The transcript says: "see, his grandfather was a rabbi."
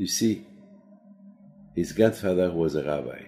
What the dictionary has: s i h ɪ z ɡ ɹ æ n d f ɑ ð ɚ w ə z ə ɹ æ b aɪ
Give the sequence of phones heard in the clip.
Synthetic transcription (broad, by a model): s i h ɪ z ɡ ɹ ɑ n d f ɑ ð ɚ w ə z ə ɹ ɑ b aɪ